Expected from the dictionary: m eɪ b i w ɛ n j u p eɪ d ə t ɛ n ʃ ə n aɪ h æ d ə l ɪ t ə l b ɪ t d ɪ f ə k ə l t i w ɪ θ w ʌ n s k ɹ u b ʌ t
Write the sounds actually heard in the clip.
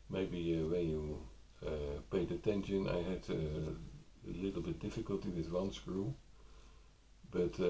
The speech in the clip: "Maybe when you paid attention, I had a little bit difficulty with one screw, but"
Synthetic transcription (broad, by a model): m eɪ b i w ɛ n j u p eɪ d ə t ɛ n ʃ ə n aɪ h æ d ə l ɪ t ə l b ɪ t d ɪ f ə k ə l t i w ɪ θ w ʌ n s k ɹ u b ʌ t